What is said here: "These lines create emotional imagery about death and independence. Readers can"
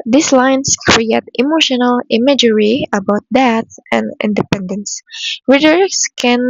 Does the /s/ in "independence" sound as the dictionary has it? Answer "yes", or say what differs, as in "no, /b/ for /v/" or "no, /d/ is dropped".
yes